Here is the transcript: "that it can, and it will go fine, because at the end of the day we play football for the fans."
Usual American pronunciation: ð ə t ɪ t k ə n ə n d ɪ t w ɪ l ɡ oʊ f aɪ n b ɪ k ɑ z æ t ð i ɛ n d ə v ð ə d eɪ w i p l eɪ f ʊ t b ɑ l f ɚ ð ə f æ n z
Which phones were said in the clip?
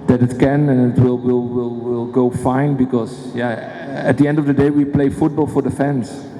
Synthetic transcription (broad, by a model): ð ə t ɪ t k ə n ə n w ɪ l w ɪ l ɡ oʊ f aɪ n b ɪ k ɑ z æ t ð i ɛ n d ə v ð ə d eɪ w i p l eɪ f ʊ t b ɑ l f ɚ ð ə f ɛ n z